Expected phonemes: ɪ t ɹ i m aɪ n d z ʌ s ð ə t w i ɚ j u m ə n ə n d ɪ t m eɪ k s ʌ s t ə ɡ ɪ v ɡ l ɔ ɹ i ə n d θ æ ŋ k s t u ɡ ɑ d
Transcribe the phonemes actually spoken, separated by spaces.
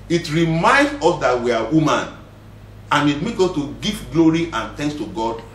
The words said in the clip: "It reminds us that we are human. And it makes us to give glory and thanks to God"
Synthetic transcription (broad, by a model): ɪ t ɹ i m aɪ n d ɔ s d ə t w i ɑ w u m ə n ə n ɪ t m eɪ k ɔ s t ə ɡ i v ɡ l ɔ ɹ i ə n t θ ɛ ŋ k s t u ɡ ɑ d